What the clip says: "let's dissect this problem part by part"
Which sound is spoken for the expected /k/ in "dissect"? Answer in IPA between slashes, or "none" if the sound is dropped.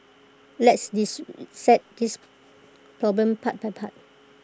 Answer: none